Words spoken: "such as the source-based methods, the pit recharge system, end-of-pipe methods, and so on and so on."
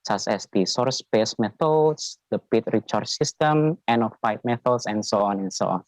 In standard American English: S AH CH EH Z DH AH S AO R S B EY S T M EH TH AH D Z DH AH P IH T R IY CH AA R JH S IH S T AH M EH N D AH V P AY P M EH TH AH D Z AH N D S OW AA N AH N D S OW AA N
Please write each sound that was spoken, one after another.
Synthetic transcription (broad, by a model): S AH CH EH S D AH S AO R S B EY S M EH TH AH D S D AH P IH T R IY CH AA R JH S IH S T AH M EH N AH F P AY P M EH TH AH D S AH N S OW AA N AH N S OW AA N